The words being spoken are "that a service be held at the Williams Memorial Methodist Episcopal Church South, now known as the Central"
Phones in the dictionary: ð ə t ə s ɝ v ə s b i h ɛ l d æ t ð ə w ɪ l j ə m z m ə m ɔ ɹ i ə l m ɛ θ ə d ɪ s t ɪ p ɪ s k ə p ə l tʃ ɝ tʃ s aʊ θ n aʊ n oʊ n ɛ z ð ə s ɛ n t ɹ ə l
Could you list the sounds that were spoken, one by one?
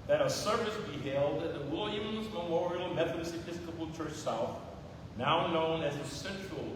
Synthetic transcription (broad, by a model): ð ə t ə s ɝ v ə s b i h ɛ l d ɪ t ð ə w ɪ l j ə m z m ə m ɔ ɹ i l m ɛ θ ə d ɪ s ɪ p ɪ s k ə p l tʃ ɝ tʃ s aʊ θ n aʊ n oʊ n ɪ z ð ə s ɛ n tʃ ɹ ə l